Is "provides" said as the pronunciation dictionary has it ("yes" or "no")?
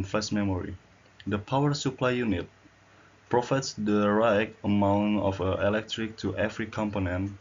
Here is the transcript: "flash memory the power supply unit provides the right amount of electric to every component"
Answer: no